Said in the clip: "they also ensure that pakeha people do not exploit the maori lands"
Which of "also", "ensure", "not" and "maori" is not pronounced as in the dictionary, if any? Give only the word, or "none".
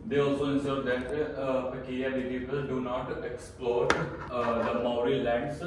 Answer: ensure